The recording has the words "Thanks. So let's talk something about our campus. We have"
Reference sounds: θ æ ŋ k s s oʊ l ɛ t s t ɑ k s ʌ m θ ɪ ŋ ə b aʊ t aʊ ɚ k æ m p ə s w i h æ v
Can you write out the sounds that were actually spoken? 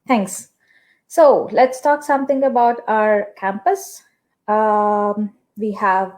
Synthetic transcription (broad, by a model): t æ ŋ k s s oʊ l ɛ t s t ɑ k s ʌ m t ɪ ŋ ə b aʊ t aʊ ɚ k æ m p ə s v i h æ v